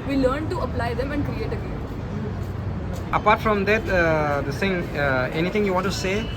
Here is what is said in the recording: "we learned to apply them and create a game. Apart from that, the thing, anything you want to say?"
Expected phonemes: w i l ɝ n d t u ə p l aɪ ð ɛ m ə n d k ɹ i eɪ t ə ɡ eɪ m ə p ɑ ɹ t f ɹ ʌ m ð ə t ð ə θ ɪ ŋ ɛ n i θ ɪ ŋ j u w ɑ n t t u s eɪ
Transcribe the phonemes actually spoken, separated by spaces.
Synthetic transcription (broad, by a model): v i l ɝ n t u ə p l aɪ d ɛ m ə n d k ɹ i eɪ t ə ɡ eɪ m ə p ɑ ɹ t f ɹ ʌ m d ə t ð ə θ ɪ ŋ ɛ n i t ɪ ŋ j u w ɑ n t t u s eɪ